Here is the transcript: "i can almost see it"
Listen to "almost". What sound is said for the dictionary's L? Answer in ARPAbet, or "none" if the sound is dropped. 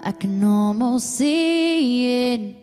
none